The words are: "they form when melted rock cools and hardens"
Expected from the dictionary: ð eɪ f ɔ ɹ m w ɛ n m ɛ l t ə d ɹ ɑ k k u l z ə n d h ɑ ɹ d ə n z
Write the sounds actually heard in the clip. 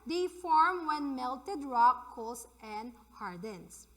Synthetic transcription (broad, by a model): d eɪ f ɔ ɹ m w ɛ n m ɛ l t ə d ɹ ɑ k k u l s ə n d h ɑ ɹ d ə n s